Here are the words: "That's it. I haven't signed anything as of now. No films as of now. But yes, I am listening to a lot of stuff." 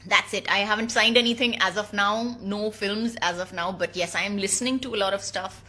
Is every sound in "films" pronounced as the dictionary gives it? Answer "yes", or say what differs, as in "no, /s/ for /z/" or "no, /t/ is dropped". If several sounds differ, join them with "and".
yes